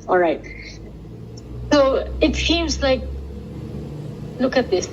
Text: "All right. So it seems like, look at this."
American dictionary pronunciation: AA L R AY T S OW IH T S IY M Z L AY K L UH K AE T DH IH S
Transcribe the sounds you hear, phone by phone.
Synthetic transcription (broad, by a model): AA L R AY T S OW IH T S IY M Z L AY K L UH K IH T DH IH S